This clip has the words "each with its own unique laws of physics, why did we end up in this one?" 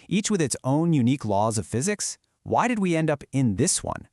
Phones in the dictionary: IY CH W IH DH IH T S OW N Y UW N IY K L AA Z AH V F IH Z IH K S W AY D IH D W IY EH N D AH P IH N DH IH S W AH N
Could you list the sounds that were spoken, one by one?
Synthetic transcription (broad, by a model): IY CH W IH DH IH T S OW N Y UW N IY K L AA Z AH V F IH Z IH K S W AY D IH D W IY EH N D AH P IH N DH IH S W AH N